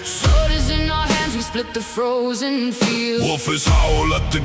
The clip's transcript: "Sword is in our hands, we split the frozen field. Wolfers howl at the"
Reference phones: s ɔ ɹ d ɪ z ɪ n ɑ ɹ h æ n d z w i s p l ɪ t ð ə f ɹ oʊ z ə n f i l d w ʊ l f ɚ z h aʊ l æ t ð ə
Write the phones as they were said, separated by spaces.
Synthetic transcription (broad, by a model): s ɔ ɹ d ɪ z ɪ n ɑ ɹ h æ n d z w i s p l ɪ t ð ə f ɹ oʊ z ə n f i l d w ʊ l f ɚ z h aʊ l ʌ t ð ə